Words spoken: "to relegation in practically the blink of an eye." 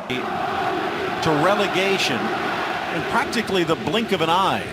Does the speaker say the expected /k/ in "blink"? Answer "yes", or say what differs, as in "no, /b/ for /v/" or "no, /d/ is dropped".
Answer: yes